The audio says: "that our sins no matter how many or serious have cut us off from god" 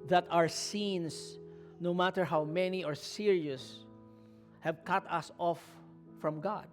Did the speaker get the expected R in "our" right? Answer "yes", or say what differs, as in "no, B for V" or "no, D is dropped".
yes